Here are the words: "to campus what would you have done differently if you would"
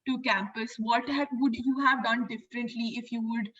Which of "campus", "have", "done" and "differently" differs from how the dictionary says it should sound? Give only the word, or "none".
none